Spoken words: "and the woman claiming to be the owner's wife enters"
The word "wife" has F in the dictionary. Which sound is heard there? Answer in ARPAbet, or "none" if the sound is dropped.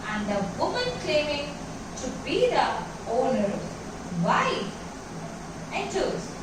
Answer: none